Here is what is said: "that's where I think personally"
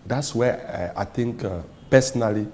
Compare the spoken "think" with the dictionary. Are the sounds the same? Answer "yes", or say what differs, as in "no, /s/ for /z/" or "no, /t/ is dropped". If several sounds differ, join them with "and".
no, /t/ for /θ/